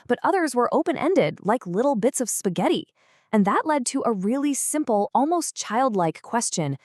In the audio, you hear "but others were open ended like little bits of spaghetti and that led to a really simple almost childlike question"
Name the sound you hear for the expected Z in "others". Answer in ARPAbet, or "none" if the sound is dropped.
Z